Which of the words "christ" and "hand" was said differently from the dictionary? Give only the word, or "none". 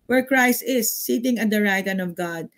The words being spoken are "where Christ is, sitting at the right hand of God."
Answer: hand